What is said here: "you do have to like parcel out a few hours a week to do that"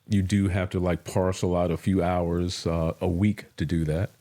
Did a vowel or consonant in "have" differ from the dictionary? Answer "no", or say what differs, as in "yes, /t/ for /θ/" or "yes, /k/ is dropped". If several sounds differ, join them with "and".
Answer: yes, /f/ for /v/